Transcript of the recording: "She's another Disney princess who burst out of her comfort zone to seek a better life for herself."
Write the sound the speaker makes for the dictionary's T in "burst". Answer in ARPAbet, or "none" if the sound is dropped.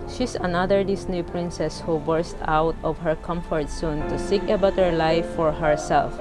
T